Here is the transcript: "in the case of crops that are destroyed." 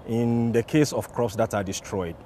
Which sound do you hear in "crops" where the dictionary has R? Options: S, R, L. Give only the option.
R